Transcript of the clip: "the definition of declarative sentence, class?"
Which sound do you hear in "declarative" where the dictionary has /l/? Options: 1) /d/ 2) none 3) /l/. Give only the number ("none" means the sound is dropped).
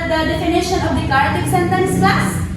2